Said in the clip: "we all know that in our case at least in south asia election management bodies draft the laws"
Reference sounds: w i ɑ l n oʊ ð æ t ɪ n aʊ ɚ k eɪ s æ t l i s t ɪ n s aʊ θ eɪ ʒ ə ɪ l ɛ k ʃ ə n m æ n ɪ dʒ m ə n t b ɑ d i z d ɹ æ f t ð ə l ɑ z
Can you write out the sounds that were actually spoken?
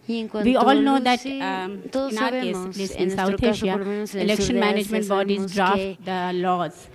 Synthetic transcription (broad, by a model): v i ɑ l n oʊ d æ t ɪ n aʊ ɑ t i ʌ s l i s ɪ n s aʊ t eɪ ʃ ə ɪ l ɛ k ʃ ə n m æ n ɪ dʒ m ə n t b ɑ d i z d ɹ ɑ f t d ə l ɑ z